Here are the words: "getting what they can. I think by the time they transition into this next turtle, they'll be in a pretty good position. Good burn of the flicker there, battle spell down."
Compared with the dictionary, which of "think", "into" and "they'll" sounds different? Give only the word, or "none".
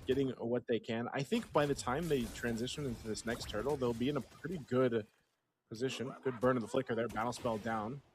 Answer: none